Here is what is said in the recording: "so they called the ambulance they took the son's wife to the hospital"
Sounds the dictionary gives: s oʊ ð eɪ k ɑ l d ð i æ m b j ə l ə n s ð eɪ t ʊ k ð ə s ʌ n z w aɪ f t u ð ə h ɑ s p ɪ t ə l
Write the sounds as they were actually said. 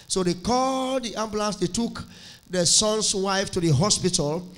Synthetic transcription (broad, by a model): s oʊ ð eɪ k ɑ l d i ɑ m b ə l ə s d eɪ t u k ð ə s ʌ n s w aɪ f t u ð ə h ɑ s p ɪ t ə l